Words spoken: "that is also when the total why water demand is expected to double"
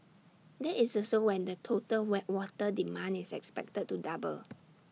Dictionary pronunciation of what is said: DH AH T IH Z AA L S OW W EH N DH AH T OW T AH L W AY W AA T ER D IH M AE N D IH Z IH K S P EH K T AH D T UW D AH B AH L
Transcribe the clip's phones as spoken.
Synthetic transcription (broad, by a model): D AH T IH S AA S OW W EH N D AH T OW T AH L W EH W AA T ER D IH M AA N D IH S IH K S P EH K T AH D T UW D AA B AH L